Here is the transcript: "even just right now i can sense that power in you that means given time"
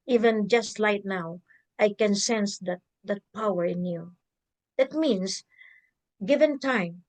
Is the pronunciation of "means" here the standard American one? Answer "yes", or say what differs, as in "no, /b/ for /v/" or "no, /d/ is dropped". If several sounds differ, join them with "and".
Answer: no, /s/ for /z/